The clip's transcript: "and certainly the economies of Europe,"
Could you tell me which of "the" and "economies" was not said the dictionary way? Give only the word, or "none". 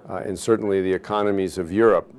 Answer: none